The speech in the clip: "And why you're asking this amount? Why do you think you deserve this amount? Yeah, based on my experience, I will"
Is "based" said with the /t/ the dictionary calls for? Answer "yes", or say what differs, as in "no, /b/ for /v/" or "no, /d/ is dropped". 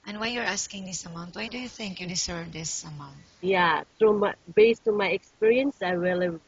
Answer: yes